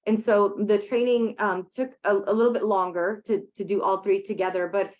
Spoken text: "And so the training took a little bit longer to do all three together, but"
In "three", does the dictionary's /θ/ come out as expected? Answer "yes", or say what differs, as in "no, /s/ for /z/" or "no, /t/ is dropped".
yes